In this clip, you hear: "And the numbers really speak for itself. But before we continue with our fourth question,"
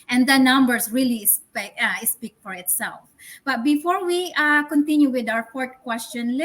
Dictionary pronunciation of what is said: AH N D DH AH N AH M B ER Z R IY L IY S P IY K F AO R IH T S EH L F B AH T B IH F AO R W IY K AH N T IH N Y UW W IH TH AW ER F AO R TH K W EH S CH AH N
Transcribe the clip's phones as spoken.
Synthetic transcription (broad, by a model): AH N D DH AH N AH M B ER S R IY L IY S P IY K F AO R IH T S EH L F B AH T B IH F AO R W IY K AH N T IH N Y UW W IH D AW ER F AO R T K W EH S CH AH N